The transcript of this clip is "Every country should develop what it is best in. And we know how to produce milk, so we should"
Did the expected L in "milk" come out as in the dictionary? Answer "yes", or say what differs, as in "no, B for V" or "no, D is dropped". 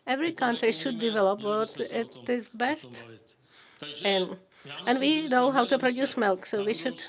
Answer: yes